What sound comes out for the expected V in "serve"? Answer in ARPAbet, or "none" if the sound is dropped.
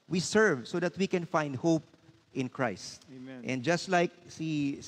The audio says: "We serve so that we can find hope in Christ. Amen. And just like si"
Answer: V